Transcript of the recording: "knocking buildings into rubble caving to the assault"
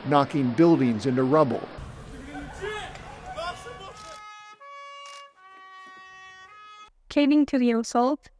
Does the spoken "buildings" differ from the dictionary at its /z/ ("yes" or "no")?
no